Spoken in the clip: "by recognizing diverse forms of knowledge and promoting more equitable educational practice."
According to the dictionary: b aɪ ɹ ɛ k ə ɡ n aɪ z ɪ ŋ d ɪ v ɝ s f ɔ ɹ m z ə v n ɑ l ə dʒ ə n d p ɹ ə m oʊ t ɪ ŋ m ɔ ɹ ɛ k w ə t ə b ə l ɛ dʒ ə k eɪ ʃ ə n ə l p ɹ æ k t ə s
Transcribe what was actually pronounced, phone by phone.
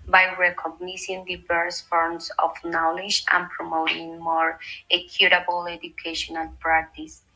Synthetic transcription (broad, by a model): b aɪ ɹ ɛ k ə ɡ n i s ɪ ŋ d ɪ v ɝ s f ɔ ɹ m s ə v n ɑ l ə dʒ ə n p ɹ ə m oʊ t ɪ ŋ m ɔ ɹ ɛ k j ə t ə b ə l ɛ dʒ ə k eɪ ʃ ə n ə l p ɹ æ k t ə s